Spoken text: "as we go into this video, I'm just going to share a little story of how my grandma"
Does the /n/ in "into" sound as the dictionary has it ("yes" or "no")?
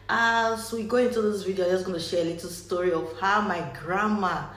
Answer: yes